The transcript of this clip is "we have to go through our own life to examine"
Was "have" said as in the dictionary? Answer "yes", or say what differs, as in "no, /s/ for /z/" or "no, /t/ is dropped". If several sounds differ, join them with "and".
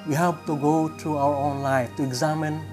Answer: no, /p/ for /v/